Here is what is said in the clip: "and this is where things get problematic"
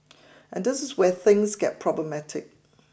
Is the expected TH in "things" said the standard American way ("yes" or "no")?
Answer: yes